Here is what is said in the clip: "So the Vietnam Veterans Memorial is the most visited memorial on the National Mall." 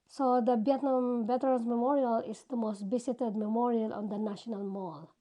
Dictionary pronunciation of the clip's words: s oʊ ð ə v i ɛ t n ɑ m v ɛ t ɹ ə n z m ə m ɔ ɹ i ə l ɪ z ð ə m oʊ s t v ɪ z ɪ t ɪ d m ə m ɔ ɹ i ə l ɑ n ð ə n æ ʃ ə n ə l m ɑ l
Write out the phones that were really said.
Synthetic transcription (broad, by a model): s oʊ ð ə b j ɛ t n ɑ m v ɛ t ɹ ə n s m ə m ɔ ɹ i ə l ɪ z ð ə m oʊ s t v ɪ s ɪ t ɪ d m ə m ɔ ɹ i ə l ɑ n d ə n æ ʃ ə n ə l m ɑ l